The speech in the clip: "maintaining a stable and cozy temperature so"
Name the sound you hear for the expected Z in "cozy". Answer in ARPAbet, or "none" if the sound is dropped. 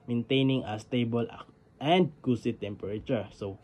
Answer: S